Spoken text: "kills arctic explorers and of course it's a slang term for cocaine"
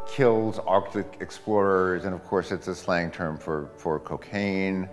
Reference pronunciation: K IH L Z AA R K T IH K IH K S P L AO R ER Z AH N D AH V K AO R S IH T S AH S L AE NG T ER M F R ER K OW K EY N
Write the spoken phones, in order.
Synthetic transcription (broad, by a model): K IH L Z AA R K T IH K IH K S P L AO R ER Z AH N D AH V K AO R S IH T S AH S L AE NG T ER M F R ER K OW K EY N